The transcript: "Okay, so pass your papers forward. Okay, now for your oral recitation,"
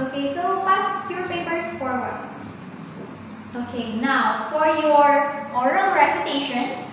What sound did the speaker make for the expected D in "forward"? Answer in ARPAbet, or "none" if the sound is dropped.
none